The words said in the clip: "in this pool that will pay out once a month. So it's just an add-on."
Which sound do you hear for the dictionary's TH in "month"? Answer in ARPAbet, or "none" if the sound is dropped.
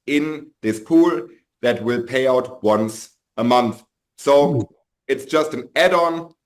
TH